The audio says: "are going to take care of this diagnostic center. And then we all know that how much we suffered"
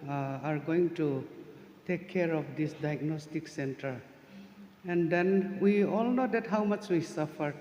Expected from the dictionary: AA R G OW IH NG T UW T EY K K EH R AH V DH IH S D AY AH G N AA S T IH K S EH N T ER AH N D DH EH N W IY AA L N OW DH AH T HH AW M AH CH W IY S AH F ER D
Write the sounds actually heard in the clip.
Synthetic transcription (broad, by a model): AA R G OW IH NG T UW T EY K K EH R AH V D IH S D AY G N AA S T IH K S EH N T ER AH N D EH N W IY AA L N OW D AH T HH AW M AH CH W IY S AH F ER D